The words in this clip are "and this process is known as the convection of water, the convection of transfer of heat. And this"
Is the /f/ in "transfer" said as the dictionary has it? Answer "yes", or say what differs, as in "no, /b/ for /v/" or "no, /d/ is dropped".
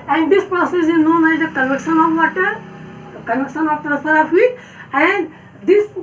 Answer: no, /f/ is dropped